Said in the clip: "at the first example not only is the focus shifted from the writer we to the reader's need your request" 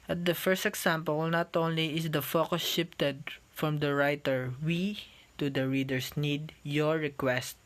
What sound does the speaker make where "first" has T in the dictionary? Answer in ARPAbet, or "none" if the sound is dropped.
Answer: T